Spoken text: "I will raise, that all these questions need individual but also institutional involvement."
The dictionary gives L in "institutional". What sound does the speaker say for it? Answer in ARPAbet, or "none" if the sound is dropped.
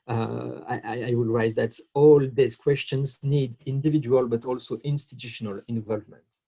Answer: L